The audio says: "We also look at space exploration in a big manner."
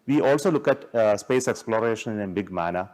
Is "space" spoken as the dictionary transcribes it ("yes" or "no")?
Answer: yes